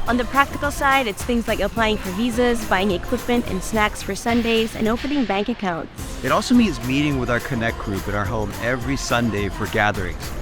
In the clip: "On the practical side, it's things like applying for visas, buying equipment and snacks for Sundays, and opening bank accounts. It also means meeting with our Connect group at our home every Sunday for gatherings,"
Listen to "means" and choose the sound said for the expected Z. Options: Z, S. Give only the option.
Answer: Z